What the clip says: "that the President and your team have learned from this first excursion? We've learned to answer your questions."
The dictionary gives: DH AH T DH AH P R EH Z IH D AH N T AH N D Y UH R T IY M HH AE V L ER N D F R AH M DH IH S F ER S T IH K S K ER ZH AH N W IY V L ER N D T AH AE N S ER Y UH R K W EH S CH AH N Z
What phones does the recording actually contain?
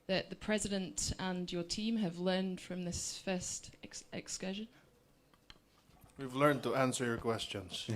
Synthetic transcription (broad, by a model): DH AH T DH AH P R EH Z IH D AH N T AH N Y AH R T IY M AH V L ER N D F R AH M DH IH S F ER S T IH K S K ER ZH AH N W IY V L ER N T AH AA N S ER Y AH R K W EH S CH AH N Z